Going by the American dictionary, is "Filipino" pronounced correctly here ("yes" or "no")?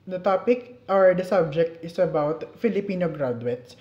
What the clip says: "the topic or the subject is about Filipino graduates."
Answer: yes